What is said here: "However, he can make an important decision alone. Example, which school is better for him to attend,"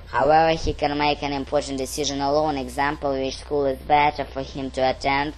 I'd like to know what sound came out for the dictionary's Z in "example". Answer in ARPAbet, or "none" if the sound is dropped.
Z